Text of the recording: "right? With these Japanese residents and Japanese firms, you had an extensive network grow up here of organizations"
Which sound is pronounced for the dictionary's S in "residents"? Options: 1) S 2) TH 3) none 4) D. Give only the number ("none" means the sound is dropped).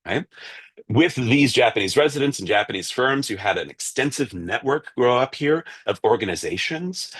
1